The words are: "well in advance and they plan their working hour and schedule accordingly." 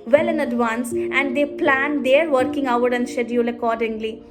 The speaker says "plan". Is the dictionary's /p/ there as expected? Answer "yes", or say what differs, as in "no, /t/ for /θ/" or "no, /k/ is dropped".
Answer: yes